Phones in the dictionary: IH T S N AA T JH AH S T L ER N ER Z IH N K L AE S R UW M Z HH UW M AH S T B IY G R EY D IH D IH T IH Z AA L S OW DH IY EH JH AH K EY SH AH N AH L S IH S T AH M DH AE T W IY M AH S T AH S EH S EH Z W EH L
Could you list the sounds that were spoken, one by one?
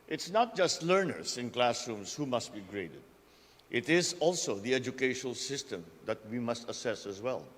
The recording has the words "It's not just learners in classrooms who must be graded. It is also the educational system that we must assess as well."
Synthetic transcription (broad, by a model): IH T S N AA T JH AH S T L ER N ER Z IH N K L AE S R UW M S HH UW M AH S T B IY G R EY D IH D IH T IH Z AA L S OW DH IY EH JH AH K EY SH AH N AH L S IH S T AH M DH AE T W IY M AH S T AH S EH S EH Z W EH L